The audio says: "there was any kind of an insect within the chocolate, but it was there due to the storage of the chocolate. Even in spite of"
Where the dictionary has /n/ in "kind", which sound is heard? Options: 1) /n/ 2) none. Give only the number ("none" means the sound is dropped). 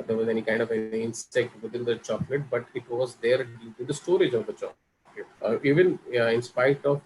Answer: 1